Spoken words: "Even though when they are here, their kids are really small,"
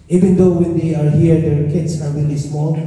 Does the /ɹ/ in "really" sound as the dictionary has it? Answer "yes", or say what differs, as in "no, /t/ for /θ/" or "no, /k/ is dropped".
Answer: no, /w/ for /ɹ/